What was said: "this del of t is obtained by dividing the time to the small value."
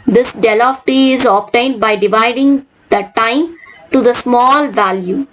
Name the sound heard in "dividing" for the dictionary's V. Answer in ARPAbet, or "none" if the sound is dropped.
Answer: V